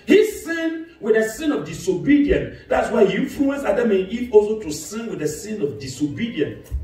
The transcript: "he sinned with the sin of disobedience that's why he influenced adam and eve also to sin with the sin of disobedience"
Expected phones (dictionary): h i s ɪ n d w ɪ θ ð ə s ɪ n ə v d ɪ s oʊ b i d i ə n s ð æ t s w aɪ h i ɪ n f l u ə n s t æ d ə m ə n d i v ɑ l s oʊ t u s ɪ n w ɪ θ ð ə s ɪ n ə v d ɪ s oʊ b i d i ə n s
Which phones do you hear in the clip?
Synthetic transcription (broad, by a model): h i s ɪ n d w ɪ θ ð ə s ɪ n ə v d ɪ s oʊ b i d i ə n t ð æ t s w aɪ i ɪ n f l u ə n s ɑ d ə m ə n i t ɑ l s oʊ t u s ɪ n w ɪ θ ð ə s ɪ n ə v d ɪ s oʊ b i d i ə n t